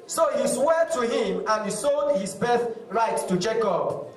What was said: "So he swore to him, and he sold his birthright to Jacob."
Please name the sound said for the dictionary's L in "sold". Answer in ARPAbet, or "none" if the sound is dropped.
none